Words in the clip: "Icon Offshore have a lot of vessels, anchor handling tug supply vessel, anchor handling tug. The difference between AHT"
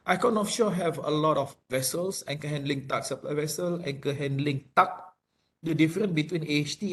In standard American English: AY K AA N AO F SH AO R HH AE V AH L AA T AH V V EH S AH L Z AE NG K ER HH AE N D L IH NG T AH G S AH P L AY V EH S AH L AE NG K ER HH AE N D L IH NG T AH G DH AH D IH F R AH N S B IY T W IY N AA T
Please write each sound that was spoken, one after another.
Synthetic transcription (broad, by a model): AY K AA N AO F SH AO HH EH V AH L AA T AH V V EH S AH L S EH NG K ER HH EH N D L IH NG T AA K S AH P L AY V EH S AH L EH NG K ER HH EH N D L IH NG T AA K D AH D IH F R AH N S B IY T W IY N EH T